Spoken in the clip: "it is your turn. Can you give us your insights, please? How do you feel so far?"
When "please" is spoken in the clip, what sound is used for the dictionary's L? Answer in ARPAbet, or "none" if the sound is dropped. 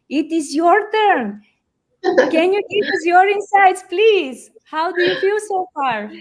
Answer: L